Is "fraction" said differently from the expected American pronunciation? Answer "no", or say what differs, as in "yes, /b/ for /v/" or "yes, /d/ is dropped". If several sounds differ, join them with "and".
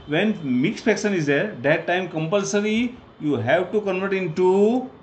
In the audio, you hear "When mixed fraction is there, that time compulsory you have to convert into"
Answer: yes, /ɹ/ is dropped